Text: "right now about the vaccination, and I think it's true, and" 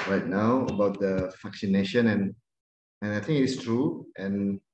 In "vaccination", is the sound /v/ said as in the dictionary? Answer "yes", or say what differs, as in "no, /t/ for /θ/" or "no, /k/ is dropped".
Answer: no, /f/ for /v/